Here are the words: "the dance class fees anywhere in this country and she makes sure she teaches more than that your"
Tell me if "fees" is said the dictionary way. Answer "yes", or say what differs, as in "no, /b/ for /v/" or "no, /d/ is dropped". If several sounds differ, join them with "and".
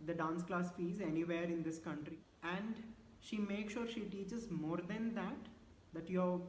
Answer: yes